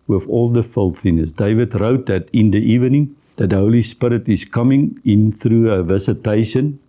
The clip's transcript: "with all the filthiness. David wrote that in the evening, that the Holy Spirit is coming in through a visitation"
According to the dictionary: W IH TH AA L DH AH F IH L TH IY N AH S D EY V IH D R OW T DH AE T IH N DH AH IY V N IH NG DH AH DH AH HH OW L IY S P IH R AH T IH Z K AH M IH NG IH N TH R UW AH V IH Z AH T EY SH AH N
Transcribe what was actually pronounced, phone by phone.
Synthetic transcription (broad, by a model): W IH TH AA L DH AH F IH L TH IY N AH S D EY V IH D R OW T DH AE T IH N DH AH IY V N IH NG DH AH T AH HH OW L IY S P IH R AH T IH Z K AH M IH NG IH N TH R UW AH V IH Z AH T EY SH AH N